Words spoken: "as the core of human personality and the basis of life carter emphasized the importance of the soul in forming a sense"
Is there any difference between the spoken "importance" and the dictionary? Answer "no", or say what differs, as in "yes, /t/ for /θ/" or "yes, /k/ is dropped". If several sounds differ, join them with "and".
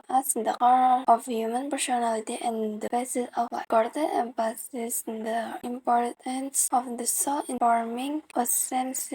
no